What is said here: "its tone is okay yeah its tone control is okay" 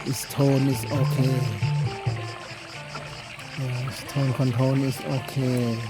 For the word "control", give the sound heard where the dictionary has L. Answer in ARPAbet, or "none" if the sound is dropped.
N